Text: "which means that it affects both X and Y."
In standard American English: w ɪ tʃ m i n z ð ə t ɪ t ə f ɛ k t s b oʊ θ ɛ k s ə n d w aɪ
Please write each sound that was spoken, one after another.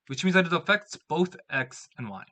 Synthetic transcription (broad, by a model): w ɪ tʃ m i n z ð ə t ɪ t ə f ɛ k t s b oʊ θ ɛ k s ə n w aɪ